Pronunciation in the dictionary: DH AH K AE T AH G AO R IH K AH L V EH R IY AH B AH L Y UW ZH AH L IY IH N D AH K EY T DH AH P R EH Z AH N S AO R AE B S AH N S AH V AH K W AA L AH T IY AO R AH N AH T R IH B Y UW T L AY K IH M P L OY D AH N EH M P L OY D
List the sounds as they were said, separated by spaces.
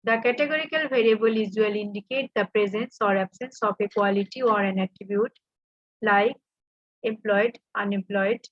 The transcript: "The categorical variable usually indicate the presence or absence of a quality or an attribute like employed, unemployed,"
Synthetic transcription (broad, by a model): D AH K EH T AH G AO R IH K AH L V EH R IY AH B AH L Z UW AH L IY N D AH K EY T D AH P R EH Z AH N S AO R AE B S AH N S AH P AH K W AA L AH T IY AO R AH N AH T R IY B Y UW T L AY K IH M P L OY D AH N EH M P L OY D